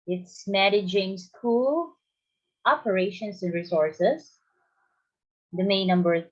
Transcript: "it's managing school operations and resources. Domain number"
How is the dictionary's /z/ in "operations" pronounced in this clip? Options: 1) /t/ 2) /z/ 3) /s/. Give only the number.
3